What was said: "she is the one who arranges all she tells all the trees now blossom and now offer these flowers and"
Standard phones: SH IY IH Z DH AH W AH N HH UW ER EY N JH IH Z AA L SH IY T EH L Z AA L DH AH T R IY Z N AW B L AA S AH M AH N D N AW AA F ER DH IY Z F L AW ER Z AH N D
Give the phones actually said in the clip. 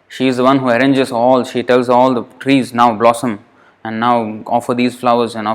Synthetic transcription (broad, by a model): SH IY IH Z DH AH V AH N HH UW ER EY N JH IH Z AA L SH IY T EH L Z AA L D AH T R IY Z N AW B L AA S AH M AH N D N AW AA F ER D IY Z F L AW ER Z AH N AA